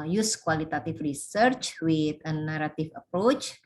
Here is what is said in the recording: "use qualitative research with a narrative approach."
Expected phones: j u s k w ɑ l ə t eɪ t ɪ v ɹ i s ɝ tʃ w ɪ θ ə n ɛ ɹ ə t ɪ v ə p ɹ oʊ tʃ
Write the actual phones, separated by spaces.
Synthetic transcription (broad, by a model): j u s k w ɑ l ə t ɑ t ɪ f ɹ i s ɝ tʃ w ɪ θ ə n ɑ ɹ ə t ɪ f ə p ɹ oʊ tʃ